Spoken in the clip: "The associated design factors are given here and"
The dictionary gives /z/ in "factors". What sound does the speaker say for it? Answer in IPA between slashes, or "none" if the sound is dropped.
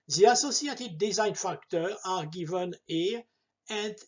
none